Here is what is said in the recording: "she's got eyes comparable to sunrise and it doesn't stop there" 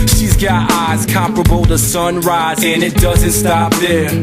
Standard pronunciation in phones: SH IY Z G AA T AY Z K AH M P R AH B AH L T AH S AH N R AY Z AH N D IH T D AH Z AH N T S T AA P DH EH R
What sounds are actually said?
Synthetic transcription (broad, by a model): SH IY Z G AA T AY Z K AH M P R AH B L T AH S AH N R AY Z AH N IH T D AH Z AH N T S T AA P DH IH